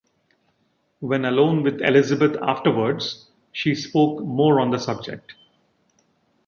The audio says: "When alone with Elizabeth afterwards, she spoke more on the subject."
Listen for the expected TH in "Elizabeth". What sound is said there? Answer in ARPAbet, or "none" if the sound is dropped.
T